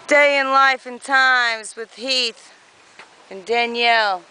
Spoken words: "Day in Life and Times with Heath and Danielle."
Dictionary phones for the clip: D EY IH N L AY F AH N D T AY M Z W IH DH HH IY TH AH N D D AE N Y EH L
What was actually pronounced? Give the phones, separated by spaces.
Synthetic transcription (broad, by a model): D EY IH N L AY F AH N T AY M Z W IH DH HH IY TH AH N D D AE N Y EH L